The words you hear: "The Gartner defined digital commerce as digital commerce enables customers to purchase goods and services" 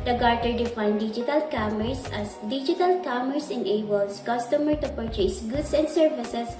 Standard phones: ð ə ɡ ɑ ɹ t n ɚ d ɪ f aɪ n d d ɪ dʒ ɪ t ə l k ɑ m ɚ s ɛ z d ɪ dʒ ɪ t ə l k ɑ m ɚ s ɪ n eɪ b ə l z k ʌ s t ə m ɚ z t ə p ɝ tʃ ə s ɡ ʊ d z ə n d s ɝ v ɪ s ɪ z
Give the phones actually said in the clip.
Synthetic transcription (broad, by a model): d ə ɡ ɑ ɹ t ɚ d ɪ f aɪ n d d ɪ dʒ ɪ t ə l k ɑ m ɚ s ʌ s d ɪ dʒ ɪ t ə l k ɑ m ɚ s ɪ n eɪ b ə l s k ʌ s t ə m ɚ t ə p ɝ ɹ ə s ɡ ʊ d s ə n d s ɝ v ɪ s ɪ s